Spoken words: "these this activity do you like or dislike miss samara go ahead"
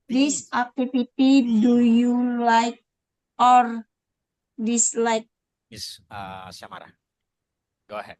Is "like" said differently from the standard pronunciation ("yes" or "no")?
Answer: no